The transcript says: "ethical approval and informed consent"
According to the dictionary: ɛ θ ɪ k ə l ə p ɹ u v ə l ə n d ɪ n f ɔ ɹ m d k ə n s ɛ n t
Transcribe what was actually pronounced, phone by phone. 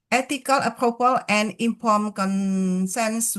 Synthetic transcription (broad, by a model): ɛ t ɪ k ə l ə p ɹ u p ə l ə n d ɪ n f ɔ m k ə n s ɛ n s